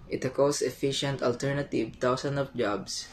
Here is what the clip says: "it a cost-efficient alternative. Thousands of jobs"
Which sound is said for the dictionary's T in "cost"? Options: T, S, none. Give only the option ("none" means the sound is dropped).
none